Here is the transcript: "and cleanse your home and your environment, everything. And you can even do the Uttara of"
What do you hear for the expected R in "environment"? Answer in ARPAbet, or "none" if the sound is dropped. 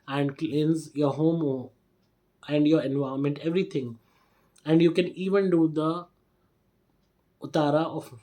none